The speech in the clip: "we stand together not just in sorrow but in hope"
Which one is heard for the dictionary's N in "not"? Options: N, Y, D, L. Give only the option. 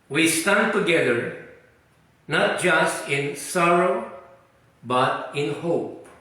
N